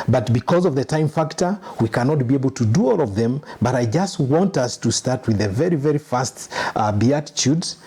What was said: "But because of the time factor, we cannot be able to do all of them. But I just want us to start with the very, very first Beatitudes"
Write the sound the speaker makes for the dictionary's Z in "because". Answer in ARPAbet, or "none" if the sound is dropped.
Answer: Z